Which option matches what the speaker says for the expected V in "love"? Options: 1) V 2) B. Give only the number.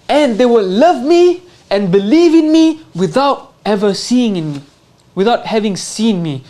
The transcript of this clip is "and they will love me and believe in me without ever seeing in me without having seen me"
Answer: 1